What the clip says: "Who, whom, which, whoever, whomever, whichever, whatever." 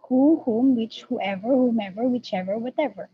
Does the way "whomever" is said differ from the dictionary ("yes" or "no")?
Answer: no